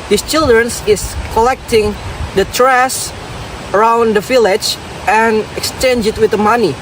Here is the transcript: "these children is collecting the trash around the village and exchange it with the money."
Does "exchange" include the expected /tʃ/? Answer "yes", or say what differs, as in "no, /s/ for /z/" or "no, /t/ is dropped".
yes